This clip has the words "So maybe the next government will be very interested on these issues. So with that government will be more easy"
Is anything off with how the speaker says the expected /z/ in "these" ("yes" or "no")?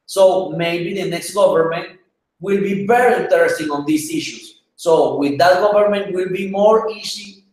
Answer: yes